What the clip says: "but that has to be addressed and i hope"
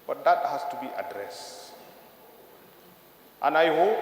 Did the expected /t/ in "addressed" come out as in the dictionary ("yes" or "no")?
yes